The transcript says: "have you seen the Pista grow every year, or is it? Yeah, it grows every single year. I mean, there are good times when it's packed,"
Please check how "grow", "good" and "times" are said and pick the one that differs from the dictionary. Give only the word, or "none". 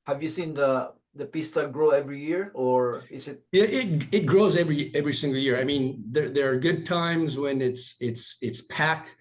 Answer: none